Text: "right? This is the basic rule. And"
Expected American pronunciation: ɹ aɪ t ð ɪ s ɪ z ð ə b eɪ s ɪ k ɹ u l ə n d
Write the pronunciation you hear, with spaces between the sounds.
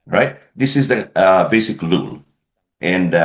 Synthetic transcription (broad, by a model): ɹ aɪ t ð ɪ s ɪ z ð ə b eɪ s ɪ k l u l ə n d